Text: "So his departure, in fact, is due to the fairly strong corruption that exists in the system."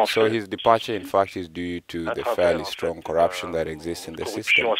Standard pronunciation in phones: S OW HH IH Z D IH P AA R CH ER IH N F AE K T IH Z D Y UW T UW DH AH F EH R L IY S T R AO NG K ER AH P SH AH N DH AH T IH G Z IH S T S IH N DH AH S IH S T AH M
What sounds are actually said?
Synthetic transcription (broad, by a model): S OW HH IH Z D IH P AA R CH ER IH N F AE K T IH Z D Y UW T UW DH AH F EH R L IY S T R AO NG K ER AH P SH AH N DH AH T IH G Z IH S T S IH N DH AH S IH S T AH M